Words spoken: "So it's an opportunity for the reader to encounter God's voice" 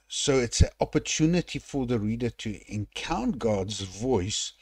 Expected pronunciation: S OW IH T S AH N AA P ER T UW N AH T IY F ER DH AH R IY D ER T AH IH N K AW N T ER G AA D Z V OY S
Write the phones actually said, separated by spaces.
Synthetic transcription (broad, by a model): S OW IH T S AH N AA P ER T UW N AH T IY F ER DH AH R IY D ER T AH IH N K AW N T G AA D Z V OY S